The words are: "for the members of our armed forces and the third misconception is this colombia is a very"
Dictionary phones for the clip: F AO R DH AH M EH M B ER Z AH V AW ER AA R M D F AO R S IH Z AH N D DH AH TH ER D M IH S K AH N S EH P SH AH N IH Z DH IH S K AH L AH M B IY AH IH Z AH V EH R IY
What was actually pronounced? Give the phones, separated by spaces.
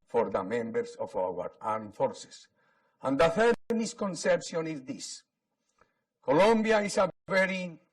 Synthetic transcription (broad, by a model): F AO R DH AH M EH M B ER S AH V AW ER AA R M F AO R S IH S AH N D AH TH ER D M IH S K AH N S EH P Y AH N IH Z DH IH S K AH L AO M B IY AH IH S AH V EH R IY